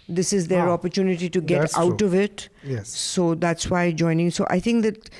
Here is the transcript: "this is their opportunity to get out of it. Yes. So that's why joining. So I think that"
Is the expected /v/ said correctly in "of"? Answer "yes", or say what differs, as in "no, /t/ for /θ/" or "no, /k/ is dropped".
yes